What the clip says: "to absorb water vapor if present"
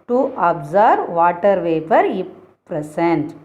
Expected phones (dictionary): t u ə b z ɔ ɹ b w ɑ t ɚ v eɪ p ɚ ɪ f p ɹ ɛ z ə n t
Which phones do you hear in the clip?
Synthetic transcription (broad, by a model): t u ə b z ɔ ɹ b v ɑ t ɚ v eɪ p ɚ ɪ p p ɹ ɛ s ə n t